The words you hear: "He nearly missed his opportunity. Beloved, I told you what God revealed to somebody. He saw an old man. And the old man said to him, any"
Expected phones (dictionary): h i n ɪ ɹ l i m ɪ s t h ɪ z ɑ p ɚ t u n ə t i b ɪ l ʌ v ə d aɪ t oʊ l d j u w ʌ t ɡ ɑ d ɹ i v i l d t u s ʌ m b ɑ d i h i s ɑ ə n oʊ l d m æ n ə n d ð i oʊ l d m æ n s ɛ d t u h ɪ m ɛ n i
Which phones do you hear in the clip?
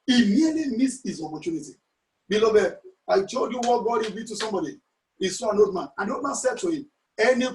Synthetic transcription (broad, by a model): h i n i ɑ l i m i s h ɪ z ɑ p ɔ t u n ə t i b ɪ l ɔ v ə aɪ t oʊ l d j u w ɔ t ɡ ɑ d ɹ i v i t u s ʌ m b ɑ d i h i s ɑ ə n oʊ l d m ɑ n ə n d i oʊ l d m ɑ n s ɛ d t u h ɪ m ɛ n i